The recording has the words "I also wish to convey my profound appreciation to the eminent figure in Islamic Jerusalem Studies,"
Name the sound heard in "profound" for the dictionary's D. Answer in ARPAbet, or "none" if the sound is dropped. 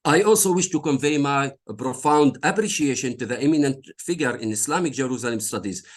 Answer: D